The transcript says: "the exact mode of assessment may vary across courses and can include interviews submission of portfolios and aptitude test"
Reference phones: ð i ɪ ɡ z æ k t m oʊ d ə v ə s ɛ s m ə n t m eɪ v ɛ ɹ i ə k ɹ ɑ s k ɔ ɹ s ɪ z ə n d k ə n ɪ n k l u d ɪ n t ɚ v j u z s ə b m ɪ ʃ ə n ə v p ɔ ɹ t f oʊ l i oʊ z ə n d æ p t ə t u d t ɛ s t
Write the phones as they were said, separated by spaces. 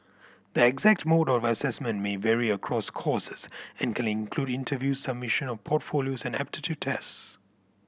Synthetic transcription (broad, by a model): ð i ɪ ɡ z æ k t m oʊ d ə v ə s ɛ s m ə n t m eɪ v ɛ ɹ i ə k ɹ ɑ s k ɔ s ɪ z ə n k ə n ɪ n k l u d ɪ n t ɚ v j u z s ə b m ɪ ʃ ə n ə v p ɔ t f oʊ l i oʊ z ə n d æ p t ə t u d t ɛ s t